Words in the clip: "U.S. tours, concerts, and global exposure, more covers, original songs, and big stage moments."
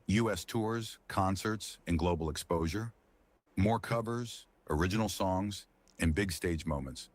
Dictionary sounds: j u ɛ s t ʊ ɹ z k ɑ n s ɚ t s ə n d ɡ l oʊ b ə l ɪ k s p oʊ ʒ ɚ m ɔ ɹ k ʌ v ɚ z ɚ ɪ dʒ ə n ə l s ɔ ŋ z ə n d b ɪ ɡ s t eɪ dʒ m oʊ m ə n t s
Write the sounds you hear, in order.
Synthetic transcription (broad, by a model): j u ɛ s t ʊ ɹ z k ɑ n s ɚ t s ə n ɡ l oʊ b l ɪ k s p oʊ ʒ ɚ m ɔ ɹ k ʌ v ɚ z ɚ ɪ dʒ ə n l s ɔ ŋ z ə n b ɪ ɡ s t eɪ dʒ m oʊ m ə n t s